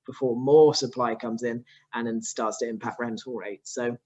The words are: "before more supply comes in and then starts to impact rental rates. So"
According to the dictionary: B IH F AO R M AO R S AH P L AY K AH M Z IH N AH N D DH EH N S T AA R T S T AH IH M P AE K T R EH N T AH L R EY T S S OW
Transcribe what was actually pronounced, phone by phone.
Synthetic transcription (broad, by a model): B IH F AO M AO S AH P L AY K AH M Z IH N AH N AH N S T AA T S T AH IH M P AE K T R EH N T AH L R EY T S S OW